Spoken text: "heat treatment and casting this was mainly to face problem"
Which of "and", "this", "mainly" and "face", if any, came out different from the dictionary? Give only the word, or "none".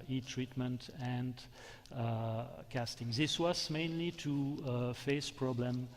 none